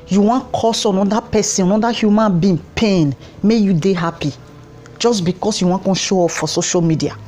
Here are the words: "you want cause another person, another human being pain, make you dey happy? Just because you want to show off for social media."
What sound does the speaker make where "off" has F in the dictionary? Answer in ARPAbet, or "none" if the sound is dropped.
P